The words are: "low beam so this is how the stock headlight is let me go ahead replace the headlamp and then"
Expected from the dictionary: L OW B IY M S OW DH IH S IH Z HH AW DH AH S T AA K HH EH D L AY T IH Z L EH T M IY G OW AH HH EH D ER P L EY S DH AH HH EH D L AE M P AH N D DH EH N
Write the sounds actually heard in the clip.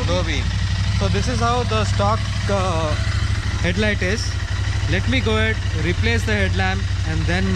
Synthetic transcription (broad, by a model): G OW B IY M S OW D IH S IH Z HH AW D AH S T AA K HH EH D L AY T IH Z L EH T M IY G OW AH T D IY P L EY S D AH HH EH D L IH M AH N D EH N